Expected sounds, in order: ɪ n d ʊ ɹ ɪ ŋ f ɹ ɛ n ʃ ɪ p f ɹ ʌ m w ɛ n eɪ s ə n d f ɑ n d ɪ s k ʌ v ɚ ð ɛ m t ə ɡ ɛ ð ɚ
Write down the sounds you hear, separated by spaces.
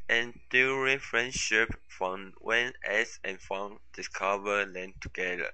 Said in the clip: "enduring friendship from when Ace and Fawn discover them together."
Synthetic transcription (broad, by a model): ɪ n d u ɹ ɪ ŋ f ɹ ɛ n ʃ ɪ p f ɹ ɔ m w ɛ n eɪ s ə n f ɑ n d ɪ s k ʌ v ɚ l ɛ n t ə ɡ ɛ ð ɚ